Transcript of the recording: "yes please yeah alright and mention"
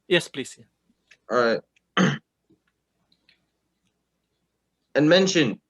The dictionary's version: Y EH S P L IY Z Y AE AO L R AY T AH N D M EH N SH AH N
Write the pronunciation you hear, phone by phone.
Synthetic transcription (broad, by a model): Y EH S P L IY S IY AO R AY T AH N M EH N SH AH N